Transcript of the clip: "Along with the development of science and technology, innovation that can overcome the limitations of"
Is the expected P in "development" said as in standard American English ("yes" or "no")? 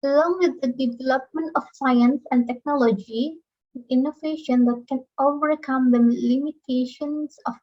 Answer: yes